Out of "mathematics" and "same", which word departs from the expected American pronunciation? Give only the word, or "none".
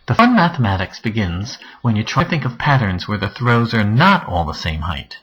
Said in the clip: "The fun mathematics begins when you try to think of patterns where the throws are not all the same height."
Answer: none